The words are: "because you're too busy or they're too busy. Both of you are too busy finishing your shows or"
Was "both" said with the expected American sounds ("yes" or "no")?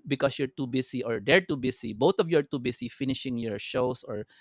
no